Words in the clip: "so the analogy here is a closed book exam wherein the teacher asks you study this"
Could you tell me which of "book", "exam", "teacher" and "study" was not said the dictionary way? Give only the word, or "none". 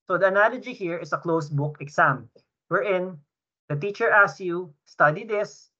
exam